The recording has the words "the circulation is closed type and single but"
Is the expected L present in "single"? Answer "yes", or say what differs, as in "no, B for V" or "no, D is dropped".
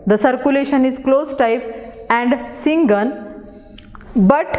no, N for L